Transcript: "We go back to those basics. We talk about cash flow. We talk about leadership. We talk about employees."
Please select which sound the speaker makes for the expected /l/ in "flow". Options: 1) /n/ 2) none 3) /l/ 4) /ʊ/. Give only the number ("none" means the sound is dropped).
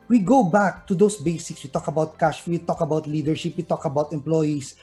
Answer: 2